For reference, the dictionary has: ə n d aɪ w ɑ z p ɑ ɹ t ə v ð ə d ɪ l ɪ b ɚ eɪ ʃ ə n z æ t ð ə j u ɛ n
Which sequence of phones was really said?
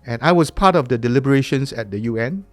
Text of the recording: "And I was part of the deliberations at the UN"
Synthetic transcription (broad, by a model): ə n aɪ w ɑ s p ɑ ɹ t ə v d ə d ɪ l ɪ b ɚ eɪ ʃ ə n s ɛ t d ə j u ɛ n